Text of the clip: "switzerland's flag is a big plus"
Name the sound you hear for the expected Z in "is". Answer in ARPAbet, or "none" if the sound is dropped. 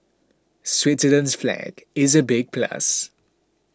Z